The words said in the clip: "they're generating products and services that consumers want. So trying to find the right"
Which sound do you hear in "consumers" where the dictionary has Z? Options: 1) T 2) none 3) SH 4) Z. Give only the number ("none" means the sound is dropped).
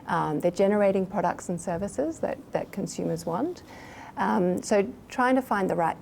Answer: 4